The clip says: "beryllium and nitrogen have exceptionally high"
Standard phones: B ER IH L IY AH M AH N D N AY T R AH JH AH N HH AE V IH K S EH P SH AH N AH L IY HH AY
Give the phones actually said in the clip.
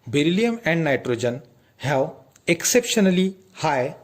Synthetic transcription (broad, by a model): B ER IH L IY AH M AH N D N AY T R AH JH AH N HH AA W IH K S EH P SH AH N AH L IY HH AY